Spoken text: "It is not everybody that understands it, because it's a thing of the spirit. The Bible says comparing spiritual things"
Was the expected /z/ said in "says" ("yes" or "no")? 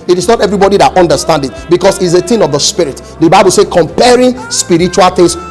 no